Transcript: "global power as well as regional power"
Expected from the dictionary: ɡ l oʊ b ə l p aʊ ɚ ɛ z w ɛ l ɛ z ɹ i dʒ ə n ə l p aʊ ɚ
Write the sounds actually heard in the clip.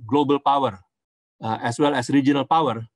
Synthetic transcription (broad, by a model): ɡ l oʊ b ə l p aʊ ɚ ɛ s w ɛ l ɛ s ɹ i dʒ ə n ə l p aʊ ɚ